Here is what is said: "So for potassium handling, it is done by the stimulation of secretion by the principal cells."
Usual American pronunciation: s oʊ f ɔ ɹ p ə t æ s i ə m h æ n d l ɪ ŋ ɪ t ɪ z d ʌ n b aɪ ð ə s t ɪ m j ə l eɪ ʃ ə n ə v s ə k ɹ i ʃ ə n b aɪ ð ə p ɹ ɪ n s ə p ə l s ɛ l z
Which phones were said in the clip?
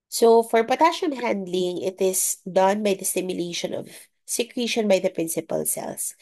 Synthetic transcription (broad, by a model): s oʊ f ɔ ɹ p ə t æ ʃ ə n h æ n d l ɪ ŋ ɪ t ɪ s d ʌ n b aɪ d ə s t ɪ m j ə l eɪ ʃ ə n ə v s ə k ɹ i ʃ ə n b aɪ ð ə p ɹ ɪ n s ə p ə l s ɛ l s